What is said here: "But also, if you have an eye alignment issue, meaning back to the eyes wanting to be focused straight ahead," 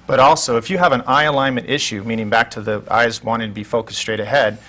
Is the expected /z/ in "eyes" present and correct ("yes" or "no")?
yes